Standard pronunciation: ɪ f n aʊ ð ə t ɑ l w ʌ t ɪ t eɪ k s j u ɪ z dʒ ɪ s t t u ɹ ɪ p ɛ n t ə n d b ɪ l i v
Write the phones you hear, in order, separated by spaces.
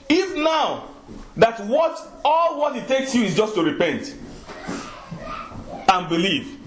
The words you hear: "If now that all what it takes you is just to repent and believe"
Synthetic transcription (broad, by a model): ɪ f n aʊ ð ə t ɑ l w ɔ t ɪ t eɪ k s j u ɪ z dʒ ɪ s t t u ɹ ɪ p ɛ n t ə n b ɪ l i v